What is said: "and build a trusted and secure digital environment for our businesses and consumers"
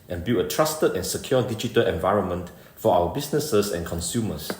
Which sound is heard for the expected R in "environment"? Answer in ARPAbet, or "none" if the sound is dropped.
R